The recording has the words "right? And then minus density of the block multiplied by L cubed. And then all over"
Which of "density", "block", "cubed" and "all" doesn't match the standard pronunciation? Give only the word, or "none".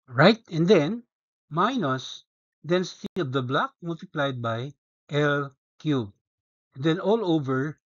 cubed